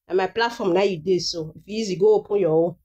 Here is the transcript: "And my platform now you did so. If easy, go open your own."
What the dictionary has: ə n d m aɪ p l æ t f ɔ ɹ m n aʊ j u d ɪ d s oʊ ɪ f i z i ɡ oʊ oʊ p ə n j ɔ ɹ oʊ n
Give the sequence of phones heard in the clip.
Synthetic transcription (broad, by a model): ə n m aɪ p l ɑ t f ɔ m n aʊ j u d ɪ s oʊ ɪ f i z i ɡ oʊ oʊ p ə n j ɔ w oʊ